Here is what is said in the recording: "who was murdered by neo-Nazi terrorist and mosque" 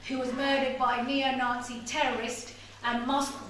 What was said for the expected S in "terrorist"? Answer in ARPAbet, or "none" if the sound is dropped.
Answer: S